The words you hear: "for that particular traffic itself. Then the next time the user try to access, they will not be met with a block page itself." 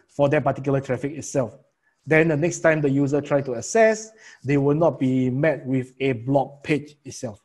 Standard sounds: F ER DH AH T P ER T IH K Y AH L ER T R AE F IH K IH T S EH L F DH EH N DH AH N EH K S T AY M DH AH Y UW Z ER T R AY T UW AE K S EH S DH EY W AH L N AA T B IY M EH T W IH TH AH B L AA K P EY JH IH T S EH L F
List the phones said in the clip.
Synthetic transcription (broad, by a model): F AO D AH T P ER T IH K Y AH L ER T R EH F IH K IH T S EH L F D EH N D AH N EH K S T AY M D AH Y UW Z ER T R AY T UW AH S EH S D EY W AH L N AA T B IY M EH T W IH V AH B L AA K P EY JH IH T S EH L F